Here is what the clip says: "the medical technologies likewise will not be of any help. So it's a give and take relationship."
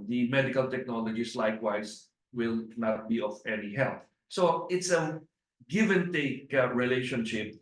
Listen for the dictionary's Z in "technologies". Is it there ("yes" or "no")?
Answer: no